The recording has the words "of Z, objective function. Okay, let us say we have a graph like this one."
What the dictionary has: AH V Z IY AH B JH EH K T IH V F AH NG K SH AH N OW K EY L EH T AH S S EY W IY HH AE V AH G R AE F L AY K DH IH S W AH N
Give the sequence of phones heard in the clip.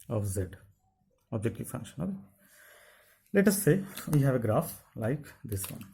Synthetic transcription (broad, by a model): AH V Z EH AH B JH EH K T IH V F AH NG K SH AH N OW EY L EH T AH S S EY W IY HH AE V AH G R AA F L AY K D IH S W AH N